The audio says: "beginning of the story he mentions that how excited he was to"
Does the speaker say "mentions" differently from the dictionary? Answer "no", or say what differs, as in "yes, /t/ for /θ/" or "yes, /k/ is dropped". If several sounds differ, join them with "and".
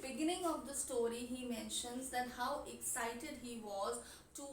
no